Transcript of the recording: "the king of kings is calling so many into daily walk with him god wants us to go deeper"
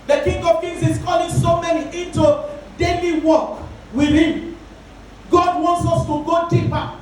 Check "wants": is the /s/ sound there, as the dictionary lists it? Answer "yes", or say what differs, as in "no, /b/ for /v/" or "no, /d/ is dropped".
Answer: yes